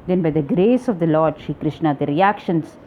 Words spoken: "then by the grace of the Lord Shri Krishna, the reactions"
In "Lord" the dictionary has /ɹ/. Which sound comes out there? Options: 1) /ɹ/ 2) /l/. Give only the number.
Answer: 1